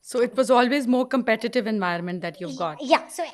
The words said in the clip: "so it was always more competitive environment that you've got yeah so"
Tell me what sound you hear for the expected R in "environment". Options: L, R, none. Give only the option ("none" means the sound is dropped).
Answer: none